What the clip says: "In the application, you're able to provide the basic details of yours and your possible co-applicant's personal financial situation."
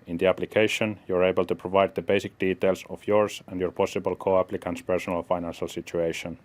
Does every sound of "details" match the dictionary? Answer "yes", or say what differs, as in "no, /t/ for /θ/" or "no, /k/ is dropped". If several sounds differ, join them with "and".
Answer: no, /s/ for /z/